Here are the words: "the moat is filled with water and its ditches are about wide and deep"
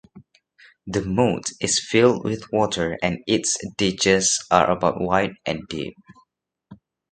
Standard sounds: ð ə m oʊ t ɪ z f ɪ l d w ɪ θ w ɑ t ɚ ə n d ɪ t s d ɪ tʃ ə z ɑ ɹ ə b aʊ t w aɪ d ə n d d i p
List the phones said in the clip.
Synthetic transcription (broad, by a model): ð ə m oʊ t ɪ s f ɪ l d w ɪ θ w ɑ t ɚ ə n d ɪ t s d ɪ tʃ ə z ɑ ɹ ə b aʊ t w aɪ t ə n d d i p